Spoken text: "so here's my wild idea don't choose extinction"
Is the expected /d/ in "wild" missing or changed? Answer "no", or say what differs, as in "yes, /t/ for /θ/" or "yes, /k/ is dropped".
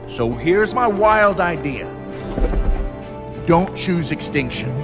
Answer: no